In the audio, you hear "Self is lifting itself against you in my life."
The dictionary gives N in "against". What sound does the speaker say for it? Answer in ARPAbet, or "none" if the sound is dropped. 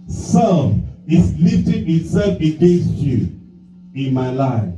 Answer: none